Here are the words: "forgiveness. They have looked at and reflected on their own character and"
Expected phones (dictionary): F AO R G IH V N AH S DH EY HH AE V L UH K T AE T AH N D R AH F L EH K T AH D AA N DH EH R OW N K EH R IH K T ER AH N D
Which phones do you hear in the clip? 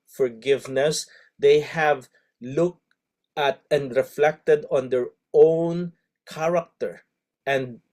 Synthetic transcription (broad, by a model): F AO R G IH V N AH S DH EY HH AE V L UH K T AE T AH N D R AH F L EH K T AH D AA N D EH R OW N K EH R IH K T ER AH N D